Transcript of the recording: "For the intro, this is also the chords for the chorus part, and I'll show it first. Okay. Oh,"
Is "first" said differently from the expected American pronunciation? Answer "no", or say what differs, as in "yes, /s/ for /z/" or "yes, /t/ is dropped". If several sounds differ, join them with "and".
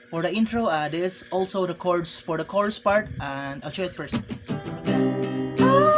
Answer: yes, /p/ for /f/ and /t/ is dropped